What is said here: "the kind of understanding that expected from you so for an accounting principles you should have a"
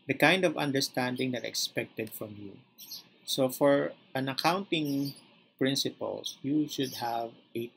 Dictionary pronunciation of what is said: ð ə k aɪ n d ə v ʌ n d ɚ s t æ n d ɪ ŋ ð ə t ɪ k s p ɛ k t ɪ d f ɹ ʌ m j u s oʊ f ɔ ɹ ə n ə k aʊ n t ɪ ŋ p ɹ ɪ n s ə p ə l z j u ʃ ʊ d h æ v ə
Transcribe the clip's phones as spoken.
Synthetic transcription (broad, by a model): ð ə k aɪ n d ə v ʌ n d ɚ s t æ n d ɪ ŋ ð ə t ɪ k s p ɛ k t ɪ d f ɹ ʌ m j u s oʊ f ɔ ɹ ə n ə k aʊ n t ɪ ŋ p ɹ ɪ n s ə p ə l j u ʃ ʊ d h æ v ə